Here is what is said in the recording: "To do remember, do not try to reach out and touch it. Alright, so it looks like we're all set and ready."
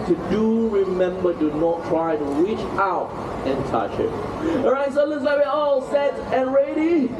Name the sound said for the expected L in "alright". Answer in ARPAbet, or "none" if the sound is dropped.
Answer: none